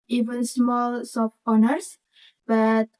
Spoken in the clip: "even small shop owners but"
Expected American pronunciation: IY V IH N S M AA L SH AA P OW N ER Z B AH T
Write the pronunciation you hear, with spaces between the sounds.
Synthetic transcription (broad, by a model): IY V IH N S M AA L S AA F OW N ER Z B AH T